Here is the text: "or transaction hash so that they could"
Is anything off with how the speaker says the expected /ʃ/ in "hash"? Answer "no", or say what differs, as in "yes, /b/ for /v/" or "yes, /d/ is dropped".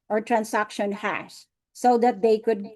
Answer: yes, /s/ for /ʃ/